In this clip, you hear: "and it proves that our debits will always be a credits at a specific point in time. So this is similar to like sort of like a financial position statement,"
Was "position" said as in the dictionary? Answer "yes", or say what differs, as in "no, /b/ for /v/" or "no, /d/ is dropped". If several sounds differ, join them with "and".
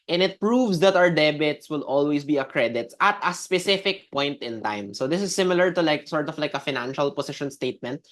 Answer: no, /s/ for /z/